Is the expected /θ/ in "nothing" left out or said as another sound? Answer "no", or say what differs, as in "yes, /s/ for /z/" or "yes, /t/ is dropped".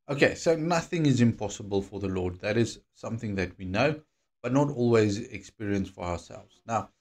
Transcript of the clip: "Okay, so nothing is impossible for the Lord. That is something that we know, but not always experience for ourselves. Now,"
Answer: no